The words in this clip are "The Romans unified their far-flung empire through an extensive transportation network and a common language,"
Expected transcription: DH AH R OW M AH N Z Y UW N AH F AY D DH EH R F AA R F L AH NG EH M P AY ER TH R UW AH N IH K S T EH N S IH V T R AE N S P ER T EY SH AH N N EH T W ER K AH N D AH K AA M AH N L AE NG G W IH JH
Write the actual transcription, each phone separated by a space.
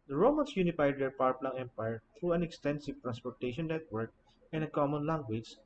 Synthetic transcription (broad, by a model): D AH R OW M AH N S Y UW N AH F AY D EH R P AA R P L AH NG EH M P AY ER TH R UW AH N IH K S T EH N S IH V T R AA N S P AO T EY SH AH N N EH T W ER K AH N AH K AA M AH N L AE NG G W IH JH